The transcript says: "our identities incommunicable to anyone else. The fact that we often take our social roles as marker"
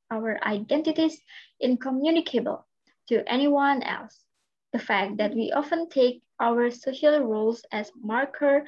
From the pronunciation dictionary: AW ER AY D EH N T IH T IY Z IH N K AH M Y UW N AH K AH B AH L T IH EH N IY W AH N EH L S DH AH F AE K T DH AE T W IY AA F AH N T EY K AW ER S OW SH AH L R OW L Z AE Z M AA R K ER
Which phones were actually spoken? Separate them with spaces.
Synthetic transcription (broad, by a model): AW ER AY D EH N T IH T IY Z IH N K AH M Y UW N AH K AH B AH L T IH EH N IY W AH N EH L S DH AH F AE K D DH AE T W IY AA F AH N T EY K AW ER S OW SH AH L R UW L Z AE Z M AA R K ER